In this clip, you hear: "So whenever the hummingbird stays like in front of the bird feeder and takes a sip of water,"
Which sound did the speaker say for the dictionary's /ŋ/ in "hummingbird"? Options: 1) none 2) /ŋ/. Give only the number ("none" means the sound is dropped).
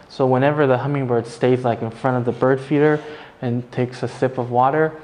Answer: 2